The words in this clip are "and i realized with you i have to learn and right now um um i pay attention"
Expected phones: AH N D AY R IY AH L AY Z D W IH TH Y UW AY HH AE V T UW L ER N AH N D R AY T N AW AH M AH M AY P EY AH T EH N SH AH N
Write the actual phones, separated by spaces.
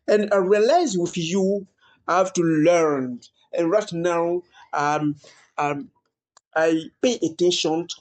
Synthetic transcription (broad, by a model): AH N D AY R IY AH L AY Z W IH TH Y UW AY HH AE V T UW L ER N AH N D R AY T N AW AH M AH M AY P EY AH T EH N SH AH N